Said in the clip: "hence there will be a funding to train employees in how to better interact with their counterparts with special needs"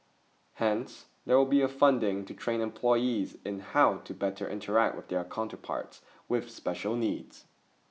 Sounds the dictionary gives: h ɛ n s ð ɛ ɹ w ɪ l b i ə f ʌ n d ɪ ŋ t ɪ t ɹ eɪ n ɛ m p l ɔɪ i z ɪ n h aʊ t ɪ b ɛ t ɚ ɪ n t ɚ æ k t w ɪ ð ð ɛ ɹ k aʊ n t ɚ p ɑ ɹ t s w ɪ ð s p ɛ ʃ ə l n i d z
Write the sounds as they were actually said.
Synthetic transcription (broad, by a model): h ɛ n s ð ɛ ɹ w ɪ l b i ə f ʌ n d ɪ ŋ t ɪ t ɹ eɪ n ɛ m p l ɔɪ i z ɪ n h aʊ t ɪ b ɛ t ɚ ɪ n t ɚ æ k t w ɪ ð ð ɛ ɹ k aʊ n t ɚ p ɑ ɹ t s w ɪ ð s p ɛ ʃ ə l n i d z